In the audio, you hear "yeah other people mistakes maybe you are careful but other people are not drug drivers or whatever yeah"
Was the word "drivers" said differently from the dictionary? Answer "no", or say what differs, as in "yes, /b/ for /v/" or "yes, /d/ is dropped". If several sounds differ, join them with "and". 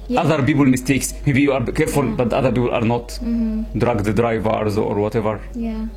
no